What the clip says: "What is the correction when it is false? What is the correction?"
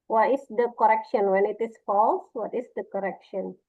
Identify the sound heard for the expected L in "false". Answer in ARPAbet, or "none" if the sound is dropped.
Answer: L